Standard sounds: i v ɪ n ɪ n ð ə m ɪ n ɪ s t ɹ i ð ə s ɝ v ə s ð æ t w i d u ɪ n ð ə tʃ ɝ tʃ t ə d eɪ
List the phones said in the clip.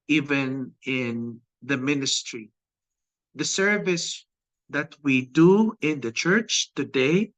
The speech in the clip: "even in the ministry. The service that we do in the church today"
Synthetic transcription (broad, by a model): i v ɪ n ɪ n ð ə m ɪ n ɪ s t ɹ i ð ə s ɝ v ə s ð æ t w i d u ɪ n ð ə tʃ ɝ tʃ t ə d eɪ